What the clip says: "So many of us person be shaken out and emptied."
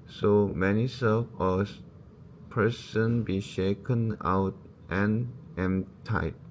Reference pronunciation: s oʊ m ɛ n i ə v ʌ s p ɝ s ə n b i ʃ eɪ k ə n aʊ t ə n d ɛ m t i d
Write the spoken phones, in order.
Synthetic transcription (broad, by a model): s oʊ m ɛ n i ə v ʌ s p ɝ s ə n b i ʃ eɪ k ə n aʊ t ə n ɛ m t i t